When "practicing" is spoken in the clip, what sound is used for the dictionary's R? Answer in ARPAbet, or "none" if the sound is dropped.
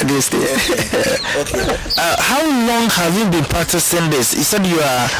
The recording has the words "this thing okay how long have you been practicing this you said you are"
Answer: none